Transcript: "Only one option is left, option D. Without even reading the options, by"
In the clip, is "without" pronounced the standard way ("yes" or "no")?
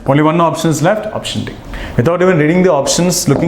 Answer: no